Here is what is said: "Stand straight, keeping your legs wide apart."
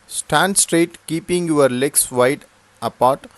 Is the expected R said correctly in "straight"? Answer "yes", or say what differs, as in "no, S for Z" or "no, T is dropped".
yes